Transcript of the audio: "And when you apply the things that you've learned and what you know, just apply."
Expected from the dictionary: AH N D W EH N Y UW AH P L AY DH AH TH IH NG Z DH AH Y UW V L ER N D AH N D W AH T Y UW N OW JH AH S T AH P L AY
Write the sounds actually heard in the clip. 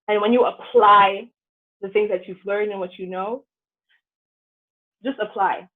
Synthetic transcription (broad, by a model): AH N W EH N Y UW AH P L AY DH AH TH IH NG Z DH AH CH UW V L ER N D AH N W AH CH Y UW N OW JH AH S T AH P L AY